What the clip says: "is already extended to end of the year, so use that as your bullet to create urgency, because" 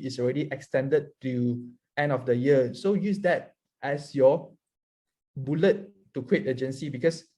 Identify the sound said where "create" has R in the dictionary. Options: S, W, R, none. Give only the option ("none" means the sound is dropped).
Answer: W